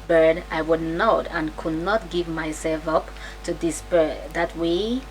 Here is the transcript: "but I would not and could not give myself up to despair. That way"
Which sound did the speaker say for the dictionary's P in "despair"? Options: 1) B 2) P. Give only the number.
1